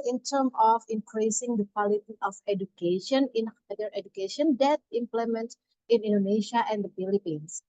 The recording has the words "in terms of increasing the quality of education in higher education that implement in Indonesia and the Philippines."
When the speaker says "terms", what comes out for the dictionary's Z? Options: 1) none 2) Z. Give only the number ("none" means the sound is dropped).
1